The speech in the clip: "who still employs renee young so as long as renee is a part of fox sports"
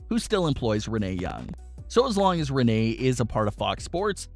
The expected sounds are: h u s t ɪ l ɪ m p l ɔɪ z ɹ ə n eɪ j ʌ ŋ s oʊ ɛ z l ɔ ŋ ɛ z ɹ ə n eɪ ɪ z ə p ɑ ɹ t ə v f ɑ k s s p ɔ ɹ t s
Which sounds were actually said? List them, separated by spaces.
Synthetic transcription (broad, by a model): h u s t ɪ l ɪ m p l ɔɪ z ɹ ə n eɪ j ʌ ŋ s oʊ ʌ z l ɔ ŋ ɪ z ɹ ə n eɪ ɪ z ə p ɑ ɹ t ə v f ɑ k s s p ɔ ɹ t s